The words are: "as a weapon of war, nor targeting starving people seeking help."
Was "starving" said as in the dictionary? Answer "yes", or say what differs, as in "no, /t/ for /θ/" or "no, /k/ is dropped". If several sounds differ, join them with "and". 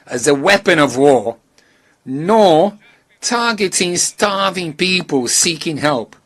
yes